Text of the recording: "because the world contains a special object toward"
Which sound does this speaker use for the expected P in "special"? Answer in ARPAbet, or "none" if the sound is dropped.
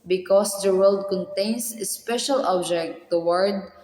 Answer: P